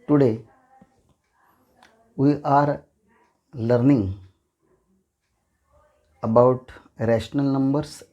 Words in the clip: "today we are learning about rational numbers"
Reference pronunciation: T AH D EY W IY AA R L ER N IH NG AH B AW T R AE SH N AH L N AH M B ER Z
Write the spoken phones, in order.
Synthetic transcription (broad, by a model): T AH D EY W IY AA R L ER N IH NG AH B AW T R AE SH N AH L N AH M B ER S